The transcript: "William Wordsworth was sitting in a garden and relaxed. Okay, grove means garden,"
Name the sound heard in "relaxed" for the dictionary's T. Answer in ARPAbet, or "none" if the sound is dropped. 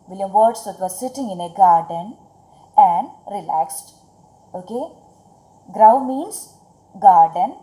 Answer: T